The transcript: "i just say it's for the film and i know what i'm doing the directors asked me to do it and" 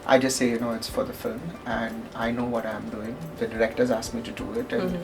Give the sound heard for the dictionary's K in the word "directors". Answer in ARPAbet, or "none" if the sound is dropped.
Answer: K